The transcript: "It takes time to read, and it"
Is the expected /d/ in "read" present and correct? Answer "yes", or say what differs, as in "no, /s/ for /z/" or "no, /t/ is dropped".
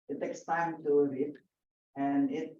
no, /d/ is dropped